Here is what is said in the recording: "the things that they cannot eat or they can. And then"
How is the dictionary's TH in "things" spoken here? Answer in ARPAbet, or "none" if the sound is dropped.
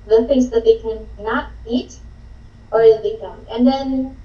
F